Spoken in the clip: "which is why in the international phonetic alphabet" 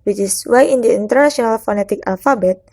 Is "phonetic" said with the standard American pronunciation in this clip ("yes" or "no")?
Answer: yes